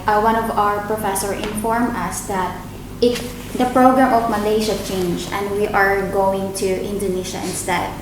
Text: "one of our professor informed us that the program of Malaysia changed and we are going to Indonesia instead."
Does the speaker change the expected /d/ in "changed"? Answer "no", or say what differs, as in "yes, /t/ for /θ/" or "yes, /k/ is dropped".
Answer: yes, /d/ is dropped